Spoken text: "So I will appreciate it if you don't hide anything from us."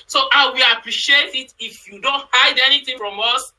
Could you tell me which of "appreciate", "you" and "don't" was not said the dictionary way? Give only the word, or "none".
none